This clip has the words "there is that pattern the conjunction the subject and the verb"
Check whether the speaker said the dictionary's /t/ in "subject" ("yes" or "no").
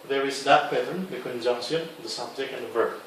no